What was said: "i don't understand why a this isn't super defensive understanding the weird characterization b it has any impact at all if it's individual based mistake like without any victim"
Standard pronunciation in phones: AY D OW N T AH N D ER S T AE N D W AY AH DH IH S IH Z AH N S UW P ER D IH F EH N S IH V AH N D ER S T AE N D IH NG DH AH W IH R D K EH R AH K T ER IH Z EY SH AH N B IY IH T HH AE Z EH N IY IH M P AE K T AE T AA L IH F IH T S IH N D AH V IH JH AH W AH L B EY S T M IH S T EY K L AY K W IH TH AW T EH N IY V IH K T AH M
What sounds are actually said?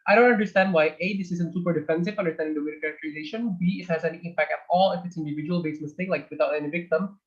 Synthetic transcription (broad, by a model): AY D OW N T AH N D ER S T AE N D W AY AH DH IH S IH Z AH N S UW P ER D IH F EH N S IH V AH N D ER S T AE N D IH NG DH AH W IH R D K EH R AH K T ER IH Z EY SH AH N B IY IH T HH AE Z EH N IY IH M P AE K T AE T AA L IH F IH T S IH N D AH V IH JH AH W AH L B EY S M IH S T EY K L AY K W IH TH AW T EH N IY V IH K T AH M